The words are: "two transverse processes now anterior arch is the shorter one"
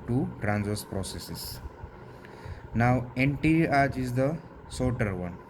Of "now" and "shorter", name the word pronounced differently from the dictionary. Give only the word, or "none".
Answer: shorter